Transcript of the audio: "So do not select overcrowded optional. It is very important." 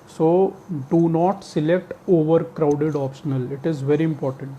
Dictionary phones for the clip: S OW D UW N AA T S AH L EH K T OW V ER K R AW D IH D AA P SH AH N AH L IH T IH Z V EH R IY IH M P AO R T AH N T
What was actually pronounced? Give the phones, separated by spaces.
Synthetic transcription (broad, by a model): S OW D UW N AA T S AH L EH K T OW V ER K R AW D IH D AA P SH AH N AH L IH T IH Z V EH R IY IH M P AO R T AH N T